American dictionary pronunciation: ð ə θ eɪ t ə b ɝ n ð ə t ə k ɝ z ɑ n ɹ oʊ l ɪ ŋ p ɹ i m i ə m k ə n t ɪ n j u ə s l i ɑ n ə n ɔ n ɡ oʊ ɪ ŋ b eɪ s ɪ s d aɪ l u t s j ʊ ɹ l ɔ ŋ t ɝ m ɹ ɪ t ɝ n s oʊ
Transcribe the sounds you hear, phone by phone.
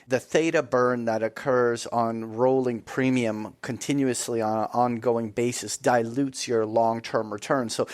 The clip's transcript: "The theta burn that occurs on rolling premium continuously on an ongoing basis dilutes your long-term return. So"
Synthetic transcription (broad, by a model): ð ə θ eɪ t ə b ɝ n ð ə t ə k ɝ z n ɹ oʊ l ɪ ŋ p ɹ i m i ə m k ə n t ɪ n j u ə s l i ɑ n ə n ɔ n ɡ oʊ ɪ ŋ b eɪ s ɪ s d aɪ l u t s j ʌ ɹ l ɔ ŋ t ɝ m ɹ ɪ t ɝ n s oʊ